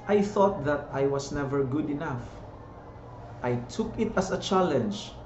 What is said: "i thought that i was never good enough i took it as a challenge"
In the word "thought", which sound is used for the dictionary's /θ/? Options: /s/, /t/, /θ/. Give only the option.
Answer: /θ/